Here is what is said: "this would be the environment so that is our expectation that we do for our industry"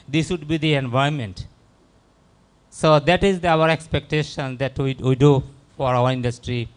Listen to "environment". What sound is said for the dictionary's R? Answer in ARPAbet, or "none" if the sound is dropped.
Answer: none